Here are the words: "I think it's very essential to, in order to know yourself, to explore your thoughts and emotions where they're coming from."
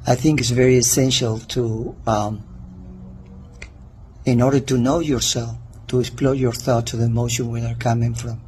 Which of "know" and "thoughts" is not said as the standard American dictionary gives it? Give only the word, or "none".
thoughts